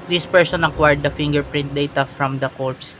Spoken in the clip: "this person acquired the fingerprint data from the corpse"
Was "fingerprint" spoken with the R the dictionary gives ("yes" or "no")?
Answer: yes